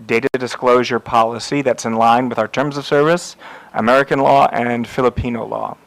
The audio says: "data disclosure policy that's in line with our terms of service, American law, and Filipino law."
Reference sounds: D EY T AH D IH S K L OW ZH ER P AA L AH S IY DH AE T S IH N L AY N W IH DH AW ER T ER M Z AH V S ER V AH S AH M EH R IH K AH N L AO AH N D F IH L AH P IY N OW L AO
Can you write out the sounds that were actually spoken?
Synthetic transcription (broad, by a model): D EY T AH D IH S K L OW ZH ER P AA L AH S IY DH AE T S IH N L AY N W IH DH AW ER T ER M Z AH V S ER V AH S AH M EH R IH K AH N L AO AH N F IH L AH P IY N OW L AO